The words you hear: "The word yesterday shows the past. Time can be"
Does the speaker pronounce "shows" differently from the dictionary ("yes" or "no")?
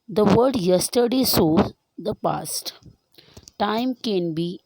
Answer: yes